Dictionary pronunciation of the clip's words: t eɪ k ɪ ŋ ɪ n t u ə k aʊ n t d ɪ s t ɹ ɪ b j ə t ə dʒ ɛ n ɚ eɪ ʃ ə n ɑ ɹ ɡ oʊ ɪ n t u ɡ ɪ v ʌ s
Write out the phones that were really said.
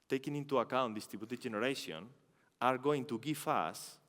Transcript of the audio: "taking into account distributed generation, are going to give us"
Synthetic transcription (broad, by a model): t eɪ k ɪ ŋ ɪ n t u ə k aʊ n t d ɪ s t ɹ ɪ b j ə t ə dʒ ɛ n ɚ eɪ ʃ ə n ɑ ɹ ɡ oʊ ɪ n t u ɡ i f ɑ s